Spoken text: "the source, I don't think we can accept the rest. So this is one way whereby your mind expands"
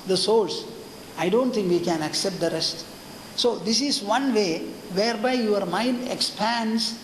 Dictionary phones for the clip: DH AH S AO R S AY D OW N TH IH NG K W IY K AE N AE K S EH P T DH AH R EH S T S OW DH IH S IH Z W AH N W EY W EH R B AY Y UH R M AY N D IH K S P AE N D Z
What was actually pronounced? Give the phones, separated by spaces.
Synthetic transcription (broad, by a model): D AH S AO L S AY D OW N T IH NG K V IY K AE N AE K S EH P T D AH R EH S T S OW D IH S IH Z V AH N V EY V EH R B AY Y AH R M AY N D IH K S P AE N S